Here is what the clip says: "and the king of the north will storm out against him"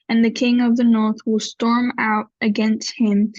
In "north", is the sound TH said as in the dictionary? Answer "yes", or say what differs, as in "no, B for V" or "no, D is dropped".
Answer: yes